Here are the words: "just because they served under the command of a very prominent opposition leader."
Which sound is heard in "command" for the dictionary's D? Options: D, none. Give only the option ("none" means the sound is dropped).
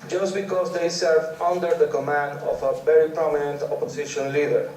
D